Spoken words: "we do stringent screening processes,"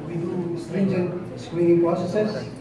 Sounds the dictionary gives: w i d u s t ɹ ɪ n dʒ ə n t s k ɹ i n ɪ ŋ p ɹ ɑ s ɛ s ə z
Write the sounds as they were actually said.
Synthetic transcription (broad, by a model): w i d u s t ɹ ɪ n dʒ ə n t s k w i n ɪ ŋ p ɹ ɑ s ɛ s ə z